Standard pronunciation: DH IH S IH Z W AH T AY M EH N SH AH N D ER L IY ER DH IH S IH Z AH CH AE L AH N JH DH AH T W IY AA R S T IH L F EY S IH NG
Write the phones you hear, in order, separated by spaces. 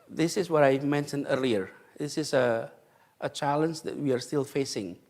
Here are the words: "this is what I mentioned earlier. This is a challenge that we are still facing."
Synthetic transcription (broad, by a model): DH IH S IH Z W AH T AY M EH N SH AH N D ER L IY ER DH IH S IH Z AH CH AE L AH N JH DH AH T W IY AA R S T IH L F EY S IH NG